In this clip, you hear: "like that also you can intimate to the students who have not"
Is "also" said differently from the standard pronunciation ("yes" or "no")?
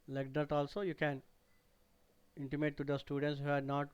no